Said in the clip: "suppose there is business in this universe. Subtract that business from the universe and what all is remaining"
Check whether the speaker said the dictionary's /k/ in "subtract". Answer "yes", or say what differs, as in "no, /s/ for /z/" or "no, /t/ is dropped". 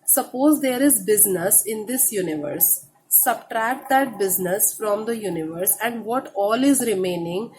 yes